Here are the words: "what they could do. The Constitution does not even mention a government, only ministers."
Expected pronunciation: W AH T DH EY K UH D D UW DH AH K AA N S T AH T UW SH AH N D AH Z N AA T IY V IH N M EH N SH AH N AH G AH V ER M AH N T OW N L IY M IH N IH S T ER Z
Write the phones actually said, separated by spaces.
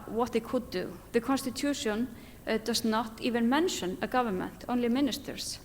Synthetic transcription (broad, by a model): W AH T DH EY K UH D D UW DH AH K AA N S T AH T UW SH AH N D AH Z N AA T IY V IH N M EH N SH AH N AH G AH V ER M AH N T OW N L IY M IH N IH S T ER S